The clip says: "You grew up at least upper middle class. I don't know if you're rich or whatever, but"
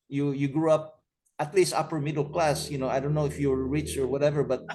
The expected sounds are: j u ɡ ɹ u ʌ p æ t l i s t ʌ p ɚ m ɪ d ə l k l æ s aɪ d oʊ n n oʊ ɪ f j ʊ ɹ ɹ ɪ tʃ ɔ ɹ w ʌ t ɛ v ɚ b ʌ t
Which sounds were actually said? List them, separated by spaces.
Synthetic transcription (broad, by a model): j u ɡ ɹ u ʌ p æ t l i s t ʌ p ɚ m ɪ d ə l k l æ s aɪ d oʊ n n oʊ ɪ f j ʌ ɹ ɹ ɪ tʃ ɔ ɹ w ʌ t ɛ v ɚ b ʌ t